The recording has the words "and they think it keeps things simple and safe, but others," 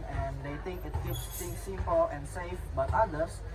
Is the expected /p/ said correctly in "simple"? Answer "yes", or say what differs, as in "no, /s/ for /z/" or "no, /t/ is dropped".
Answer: yes